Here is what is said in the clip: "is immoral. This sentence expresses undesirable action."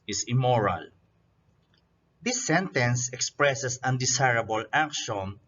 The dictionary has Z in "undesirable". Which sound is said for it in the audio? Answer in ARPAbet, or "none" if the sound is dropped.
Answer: S